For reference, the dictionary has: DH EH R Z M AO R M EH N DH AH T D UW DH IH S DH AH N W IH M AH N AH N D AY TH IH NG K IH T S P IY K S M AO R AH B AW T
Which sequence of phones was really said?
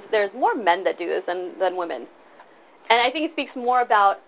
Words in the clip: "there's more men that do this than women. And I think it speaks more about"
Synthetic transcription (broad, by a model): DH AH R Z M AO R M EH N DH AH T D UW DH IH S DH AH N W IH M AH N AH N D AY TH IH NG K IH T S P IY K S M AO R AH B AW T